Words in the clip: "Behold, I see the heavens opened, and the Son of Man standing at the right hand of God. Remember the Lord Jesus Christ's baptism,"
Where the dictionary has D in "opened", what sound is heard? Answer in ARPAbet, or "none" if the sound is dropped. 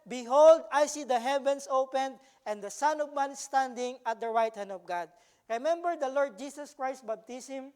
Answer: D